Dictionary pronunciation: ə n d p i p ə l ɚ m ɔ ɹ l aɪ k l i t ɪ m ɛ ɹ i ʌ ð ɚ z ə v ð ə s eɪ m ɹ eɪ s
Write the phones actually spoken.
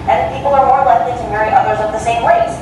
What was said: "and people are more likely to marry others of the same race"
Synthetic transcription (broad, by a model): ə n p i p l ɚ m ɔ ɹ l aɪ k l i t ɪ m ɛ ɹ i ʌ ð ɚ z ə v ð ə s eɪ m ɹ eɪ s